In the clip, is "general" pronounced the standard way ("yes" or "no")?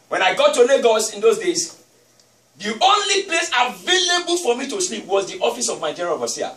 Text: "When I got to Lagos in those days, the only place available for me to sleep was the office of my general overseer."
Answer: no